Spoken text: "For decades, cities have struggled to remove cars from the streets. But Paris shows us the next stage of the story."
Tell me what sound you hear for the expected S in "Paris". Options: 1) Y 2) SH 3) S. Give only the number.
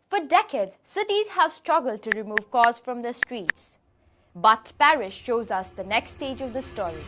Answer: 2